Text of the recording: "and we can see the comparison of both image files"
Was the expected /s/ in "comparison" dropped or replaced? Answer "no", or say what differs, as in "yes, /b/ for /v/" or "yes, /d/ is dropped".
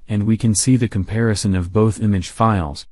no